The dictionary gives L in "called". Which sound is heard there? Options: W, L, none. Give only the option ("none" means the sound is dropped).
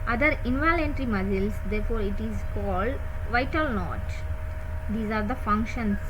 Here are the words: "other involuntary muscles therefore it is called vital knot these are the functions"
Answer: L